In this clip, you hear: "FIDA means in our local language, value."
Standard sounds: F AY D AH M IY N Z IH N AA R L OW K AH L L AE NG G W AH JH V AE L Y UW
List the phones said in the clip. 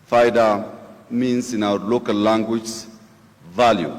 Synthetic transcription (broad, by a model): F AY D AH M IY N S IH N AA W L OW K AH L L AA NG G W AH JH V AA L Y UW